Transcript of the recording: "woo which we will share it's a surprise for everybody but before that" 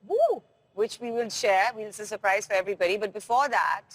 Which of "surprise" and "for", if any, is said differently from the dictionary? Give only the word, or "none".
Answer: none